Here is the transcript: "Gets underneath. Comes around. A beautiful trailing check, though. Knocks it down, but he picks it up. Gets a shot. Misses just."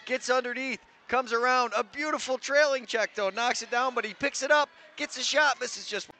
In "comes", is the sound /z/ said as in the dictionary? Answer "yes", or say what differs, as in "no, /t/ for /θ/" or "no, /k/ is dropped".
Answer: yes